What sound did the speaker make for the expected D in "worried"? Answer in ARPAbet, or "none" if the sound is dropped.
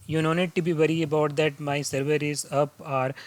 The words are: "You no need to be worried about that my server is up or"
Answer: none